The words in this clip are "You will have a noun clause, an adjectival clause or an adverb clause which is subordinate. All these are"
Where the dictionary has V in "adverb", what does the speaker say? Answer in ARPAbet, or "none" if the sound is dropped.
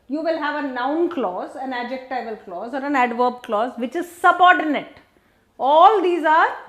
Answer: V